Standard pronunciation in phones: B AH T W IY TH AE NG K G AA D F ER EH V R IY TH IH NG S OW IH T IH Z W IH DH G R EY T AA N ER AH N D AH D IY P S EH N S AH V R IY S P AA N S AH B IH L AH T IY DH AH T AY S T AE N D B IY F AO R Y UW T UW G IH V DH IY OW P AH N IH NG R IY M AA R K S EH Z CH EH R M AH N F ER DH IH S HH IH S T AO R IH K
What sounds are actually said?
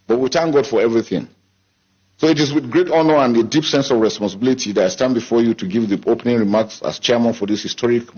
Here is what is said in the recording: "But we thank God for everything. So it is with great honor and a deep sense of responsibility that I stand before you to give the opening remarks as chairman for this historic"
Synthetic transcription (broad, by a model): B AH T W IY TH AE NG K G AA D F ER EH V R IY TH IH NG S OW IH T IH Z W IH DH G R EY T AA N ER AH N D AH D IY P S EH N S AH V R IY S P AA N S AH B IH L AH T IY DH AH T AY S T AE N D B IY F AO R Y UW T UW G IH V DH IY OW P AH N IH NG R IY M AA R K S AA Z CH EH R M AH N F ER DH IH S HH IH S T AO R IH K